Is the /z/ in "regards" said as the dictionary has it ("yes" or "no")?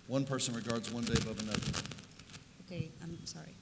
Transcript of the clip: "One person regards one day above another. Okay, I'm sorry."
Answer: yes